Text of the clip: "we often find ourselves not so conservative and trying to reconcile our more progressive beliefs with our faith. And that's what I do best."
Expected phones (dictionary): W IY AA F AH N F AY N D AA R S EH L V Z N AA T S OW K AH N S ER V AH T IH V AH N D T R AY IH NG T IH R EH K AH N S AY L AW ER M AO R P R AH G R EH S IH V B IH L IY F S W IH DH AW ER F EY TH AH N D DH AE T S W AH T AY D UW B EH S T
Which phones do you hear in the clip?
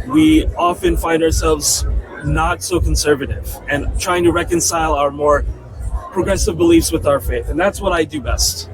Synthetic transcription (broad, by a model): W IY AA F AH N F AY N D AA R S EH L V Z N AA T S OW K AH N S ER V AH T IH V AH N T R AY IH NG T IH R EH K AH N S AY L AW ER M AO R P R AH G R EH S IH V B IH L IY F S W IH DH AW ER F EY TH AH N DH AE T S W AH T AY D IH B EH S T